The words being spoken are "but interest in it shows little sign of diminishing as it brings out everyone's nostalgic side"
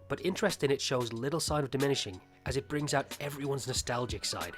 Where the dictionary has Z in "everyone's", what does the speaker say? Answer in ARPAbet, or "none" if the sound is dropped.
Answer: Z